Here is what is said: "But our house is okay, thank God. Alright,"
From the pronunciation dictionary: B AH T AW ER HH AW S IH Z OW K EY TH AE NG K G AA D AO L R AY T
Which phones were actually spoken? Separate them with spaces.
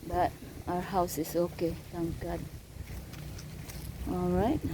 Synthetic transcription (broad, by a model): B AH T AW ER HH AW S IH S OW K EY T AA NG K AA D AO L R AY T